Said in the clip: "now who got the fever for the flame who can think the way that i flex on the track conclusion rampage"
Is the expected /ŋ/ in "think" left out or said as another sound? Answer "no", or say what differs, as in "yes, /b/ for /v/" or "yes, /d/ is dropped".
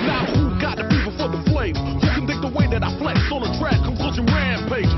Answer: yes, /ŋ/ is dropped